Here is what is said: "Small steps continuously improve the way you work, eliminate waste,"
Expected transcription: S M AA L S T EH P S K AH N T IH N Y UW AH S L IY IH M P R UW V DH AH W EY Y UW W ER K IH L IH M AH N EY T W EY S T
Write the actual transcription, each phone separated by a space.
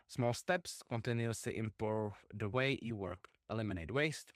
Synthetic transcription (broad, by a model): S M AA L S T EH P S K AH N T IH N Y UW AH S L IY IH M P UW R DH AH W EY Y UW W ER K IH L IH M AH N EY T W EY S T